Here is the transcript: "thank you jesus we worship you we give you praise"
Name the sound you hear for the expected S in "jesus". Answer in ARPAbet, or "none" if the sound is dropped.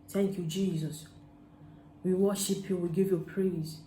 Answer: S